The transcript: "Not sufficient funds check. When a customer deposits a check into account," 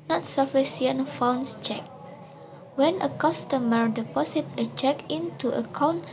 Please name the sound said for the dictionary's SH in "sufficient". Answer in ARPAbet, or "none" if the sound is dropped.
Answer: S